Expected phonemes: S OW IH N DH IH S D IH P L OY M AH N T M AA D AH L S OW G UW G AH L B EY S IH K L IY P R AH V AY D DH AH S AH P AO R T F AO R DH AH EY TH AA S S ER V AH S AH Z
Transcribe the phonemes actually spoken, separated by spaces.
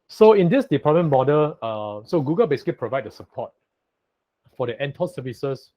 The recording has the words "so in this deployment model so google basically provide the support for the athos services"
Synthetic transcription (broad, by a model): S OW IH N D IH S D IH P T M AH N M AA D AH L S OW G UW G AH L B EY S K IY P R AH V AY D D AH S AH P AO T F AO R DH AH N T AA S S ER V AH S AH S